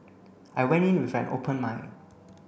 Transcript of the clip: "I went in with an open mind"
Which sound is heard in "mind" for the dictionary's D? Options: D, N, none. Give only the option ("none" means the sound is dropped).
none